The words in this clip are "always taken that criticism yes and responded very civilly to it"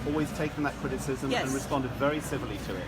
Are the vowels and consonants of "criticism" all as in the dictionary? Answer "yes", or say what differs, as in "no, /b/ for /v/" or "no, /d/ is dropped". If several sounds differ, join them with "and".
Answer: yes